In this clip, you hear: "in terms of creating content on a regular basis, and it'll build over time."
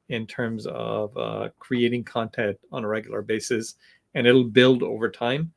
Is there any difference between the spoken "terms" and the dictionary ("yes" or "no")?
no